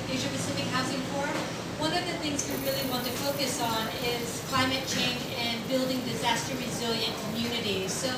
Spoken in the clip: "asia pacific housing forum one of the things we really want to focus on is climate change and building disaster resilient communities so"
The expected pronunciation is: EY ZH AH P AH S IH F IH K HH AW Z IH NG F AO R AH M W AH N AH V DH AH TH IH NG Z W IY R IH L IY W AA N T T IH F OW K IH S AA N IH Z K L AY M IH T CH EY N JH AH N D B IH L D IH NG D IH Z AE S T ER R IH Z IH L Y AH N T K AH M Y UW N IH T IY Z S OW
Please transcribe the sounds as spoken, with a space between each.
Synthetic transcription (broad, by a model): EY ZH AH P AH S IH F IH K HH AW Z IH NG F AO R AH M W AH N AH V DH AH TH IH NG Z W IY R IH L IY W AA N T T IH F OW K IH S N IH Z K L AY M IH T CH EY N JH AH N B IH L D IH NG D IH Z AE S T ER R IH Z IH L Y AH N K AH M Y UW N IH T IY Z S OW